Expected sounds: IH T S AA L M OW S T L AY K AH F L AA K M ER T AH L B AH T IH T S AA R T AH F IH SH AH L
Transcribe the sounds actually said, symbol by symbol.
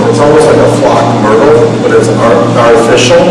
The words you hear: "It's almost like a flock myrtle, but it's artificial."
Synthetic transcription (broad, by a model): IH T S AA L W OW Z L AY K AH F L AA K M ER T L B AH T IH T S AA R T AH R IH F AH L